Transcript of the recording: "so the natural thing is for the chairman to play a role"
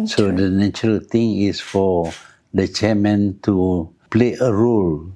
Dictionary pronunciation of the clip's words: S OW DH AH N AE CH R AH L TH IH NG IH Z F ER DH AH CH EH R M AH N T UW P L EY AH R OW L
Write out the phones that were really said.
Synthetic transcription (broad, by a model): S OW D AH N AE CH R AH L T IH NG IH S F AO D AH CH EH M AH N T UW P L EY AH R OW L